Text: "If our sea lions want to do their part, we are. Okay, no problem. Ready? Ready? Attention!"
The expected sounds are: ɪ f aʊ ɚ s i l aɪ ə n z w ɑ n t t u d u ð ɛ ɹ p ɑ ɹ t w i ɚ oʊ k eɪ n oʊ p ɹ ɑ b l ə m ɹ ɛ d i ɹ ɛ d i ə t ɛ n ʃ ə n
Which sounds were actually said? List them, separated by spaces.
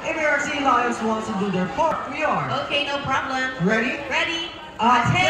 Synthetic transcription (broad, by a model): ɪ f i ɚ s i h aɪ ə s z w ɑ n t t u d u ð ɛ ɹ f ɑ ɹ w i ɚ oʊ k eɪ n oʊ p ɹ ɑ b l ə m ɹ ɛ d i ɹ ɛ d i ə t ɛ